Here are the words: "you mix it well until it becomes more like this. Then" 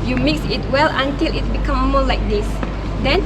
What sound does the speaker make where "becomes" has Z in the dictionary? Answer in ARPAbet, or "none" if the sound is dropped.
none